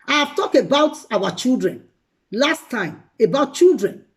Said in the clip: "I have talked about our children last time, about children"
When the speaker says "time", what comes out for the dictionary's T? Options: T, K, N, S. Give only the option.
T